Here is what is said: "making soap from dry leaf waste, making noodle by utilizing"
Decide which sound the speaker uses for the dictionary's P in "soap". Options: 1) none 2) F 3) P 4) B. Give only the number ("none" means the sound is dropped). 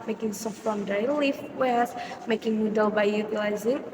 2